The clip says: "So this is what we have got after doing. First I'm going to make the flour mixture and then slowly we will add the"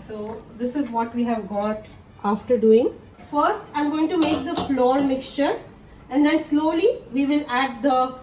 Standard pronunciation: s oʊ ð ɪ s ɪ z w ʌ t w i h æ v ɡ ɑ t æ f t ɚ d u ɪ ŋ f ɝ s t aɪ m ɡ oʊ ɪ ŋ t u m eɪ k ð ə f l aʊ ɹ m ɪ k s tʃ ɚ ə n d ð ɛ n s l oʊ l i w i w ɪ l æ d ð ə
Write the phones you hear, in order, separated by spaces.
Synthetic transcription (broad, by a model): s oʊ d ɪ s ɪ z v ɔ t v i h æ v ɡ ɑ t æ f t ɚ d u ɪ ŋ f ɝ s t aɪ m ɡ oʊ ɪ ŋ t u m eɪ k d ə f l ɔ ɹ m ɪ k s tʃ ɚ ə n d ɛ n s l oʊ l i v i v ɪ l æ d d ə